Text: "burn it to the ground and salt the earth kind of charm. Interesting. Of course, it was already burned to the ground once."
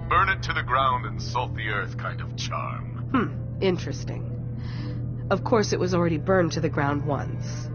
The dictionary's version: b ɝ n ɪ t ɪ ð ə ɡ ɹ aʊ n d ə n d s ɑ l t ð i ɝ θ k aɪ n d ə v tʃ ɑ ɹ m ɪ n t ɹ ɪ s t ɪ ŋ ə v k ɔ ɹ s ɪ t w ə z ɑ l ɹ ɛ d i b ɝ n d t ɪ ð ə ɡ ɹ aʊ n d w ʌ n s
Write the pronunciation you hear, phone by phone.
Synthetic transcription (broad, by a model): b ɝ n ɪ t ɪ ð ə ɡ ɹ aʊ n d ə n s ɑ l t ð i ɝ θ k aɪ n d ə v tʃ ɑ ɹ m ɪ n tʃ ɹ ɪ s t ɪ ŋ ə v k ɔ ɹ s ɪ t w ə z l ɹ ɛ d i b ɝ n t ɪ ð ə ɡ ɹ aʊ n d w ʌ n s